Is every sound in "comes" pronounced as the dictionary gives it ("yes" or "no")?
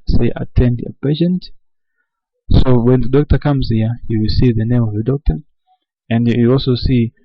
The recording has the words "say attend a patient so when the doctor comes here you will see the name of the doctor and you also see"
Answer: yes